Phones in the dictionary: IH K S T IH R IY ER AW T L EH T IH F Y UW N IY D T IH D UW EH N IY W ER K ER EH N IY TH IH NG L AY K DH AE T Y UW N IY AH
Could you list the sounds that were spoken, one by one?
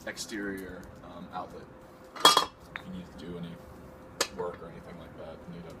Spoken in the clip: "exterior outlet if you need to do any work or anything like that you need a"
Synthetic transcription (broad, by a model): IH K S T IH R IY ER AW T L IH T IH N IY D T IH D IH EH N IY W ER K ER EH N IY TH IH NG L AY K DH AE T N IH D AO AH